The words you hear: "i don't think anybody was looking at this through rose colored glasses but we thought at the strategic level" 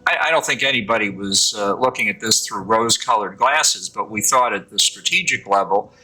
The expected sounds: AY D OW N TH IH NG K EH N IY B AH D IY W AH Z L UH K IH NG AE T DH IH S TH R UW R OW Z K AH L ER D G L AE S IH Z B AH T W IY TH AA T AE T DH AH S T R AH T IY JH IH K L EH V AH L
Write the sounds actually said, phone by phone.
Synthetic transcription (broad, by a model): AY D OW N TH IH NG K EH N IY B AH D IY W AH Z L UH K IH NG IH T DH IH S TH R UW R OW Z K AH L ER D G L AE S IH Z B AH T W IY TH AA T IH T DH AH S T R AH T IY JH IH K L EH V L